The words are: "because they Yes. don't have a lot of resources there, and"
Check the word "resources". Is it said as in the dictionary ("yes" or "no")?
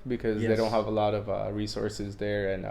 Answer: yes